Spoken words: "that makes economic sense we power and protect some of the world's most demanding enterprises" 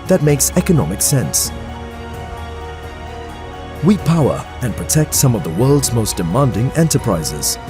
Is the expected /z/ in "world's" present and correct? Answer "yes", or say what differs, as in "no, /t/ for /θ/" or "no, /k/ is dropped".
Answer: yes